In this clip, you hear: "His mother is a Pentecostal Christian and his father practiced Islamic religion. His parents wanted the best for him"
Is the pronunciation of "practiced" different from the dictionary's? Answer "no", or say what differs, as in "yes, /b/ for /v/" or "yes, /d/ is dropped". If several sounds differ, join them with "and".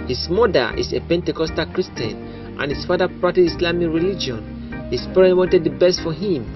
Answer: yes, /k/ is dropped and /s/ is dropped